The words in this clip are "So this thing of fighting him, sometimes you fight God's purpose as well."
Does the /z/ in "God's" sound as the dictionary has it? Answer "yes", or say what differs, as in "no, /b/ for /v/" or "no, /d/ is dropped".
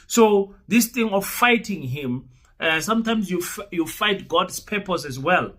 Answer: no, /s/ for /z/